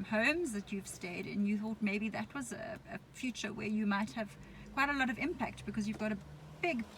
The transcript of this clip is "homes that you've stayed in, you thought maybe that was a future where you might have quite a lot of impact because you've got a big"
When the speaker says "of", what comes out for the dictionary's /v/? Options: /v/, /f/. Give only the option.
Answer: /v/